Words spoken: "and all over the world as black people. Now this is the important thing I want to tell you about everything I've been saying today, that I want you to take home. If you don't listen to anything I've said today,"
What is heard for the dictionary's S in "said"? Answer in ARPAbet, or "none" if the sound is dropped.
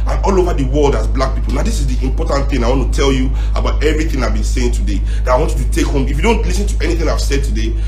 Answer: S